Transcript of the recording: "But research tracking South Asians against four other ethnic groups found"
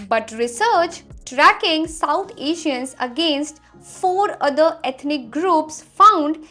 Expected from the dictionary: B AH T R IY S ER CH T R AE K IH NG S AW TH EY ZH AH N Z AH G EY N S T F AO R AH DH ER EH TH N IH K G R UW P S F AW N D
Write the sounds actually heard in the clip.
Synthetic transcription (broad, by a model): B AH T R IY S ER CH T R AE K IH NG S AW T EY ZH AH N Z AH G EY N S T F AO R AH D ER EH T N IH K G R UW P S F AW N D